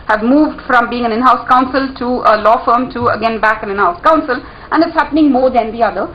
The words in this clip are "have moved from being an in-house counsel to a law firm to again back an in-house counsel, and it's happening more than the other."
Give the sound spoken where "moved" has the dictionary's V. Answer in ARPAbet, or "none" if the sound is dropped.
V